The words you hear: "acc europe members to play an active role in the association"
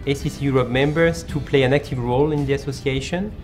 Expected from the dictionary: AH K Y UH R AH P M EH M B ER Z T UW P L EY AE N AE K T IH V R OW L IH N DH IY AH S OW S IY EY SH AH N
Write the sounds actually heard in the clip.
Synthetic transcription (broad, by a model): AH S Y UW R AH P M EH M B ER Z T UW P L EY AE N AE K T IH V R OW L IH N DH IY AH S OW S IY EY SH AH N